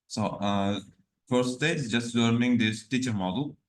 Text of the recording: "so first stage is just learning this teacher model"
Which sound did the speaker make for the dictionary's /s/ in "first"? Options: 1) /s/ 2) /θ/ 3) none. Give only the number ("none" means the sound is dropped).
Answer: 3